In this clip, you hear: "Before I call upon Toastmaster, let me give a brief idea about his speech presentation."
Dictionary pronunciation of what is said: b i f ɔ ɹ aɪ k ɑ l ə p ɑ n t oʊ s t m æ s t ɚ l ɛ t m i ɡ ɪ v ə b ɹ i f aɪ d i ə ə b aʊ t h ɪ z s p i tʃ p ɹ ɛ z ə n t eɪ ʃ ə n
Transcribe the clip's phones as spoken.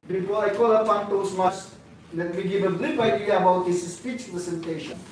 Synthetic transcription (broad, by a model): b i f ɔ aɪ k ɑ l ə f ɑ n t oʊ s m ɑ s l ɛ t m i ɡ ɪ v ə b l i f aɪ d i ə ə b aʊ t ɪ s s p i tʃ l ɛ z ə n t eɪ ʃ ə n